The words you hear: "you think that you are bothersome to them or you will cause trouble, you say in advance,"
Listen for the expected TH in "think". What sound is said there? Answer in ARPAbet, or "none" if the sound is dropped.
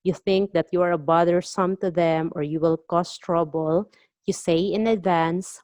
TH